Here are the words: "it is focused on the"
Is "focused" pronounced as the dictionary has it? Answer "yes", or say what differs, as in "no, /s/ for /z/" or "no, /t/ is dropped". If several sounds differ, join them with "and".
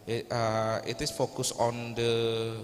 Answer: no, /t/ is dropped